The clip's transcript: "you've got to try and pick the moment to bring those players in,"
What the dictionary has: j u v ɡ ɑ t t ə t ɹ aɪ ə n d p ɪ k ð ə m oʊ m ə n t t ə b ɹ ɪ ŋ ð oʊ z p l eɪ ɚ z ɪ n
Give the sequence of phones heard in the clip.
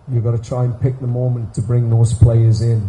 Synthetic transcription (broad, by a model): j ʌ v ɡ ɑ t t ə t ɹ aɪ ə n p ɪ k ð ə m oʊ m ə n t t ə b ɹ ɪ ŋ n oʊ s p l eɪ ɚ z ɪ n